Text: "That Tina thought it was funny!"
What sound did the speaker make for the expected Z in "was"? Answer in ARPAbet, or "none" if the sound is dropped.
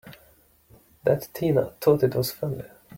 S